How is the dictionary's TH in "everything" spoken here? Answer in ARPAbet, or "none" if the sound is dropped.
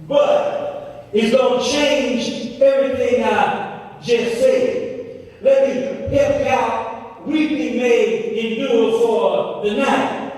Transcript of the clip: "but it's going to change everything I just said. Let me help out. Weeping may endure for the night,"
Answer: TH